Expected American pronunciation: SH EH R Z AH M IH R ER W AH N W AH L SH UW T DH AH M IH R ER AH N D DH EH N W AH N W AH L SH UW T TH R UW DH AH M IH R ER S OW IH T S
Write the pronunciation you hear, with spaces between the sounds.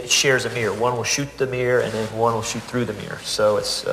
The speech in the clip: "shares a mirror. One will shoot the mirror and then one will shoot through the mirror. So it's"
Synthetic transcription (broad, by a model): SH EH R Z AH M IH R W AH N W AH L SH UW T DH AH M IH R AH N DH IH N W AH N W AH L SH UW T TH R UW DH AH M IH R S OW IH T S